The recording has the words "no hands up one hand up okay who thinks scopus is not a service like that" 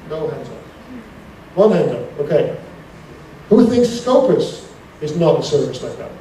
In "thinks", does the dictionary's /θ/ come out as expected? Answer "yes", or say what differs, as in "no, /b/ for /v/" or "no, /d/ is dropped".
yes